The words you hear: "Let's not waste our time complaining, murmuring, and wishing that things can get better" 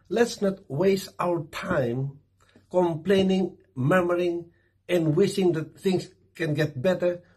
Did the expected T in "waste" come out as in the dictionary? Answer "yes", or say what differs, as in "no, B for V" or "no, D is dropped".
yes